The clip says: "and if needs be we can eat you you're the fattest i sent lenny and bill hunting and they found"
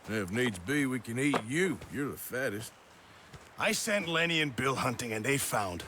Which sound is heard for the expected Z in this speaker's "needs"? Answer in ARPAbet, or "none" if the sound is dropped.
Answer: Z